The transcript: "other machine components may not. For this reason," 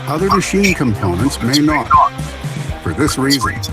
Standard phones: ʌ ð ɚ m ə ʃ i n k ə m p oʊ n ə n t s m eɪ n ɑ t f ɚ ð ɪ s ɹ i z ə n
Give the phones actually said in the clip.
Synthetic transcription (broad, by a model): ʌ ð ɚ m ə ʃ i n k ə m p oʊ n ə n t s m eɪ n ɑ t f ɚ ð ɪ s ɹ i z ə n